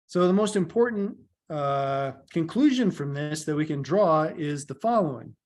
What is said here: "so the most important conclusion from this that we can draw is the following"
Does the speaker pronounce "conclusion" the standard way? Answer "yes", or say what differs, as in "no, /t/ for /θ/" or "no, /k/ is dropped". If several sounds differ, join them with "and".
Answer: yes